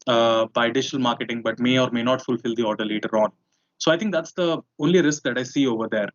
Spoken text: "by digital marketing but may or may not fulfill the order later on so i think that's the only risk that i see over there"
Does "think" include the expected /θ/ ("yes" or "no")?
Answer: no